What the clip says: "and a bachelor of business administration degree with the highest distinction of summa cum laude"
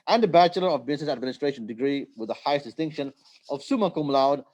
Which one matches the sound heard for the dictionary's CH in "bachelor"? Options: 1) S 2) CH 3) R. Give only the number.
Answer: 2